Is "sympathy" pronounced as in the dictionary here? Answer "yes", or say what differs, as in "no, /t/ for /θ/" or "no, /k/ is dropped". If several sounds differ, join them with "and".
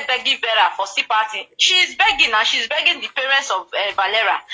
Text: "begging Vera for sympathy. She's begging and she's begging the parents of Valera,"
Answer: no, /m/ is dropped and /t/ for /θ/